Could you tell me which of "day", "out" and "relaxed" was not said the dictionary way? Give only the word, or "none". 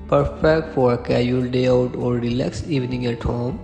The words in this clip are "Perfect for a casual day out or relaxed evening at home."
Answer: relaxed